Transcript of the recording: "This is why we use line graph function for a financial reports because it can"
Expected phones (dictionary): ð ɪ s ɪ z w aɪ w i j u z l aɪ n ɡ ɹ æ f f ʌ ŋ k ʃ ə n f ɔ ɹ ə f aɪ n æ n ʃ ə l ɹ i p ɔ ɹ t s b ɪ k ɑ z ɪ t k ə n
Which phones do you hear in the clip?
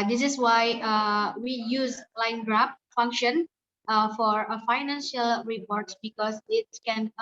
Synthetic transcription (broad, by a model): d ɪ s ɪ s w aɪ w i j u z l aɪ n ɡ ɹ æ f f ʌ ŋ k ʃ ə n f ɔ ɹ ə f aɪ n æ n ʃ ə l ɹ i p ɔ ɹ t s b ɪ k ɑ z ɪ t k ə n